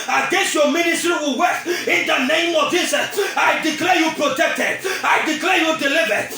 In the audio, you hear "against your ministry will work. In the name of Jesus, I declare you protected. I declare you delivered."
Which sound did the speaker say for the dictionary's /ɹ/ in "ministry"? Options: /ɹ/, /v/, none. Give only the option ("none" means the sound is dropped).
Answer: /ɹ/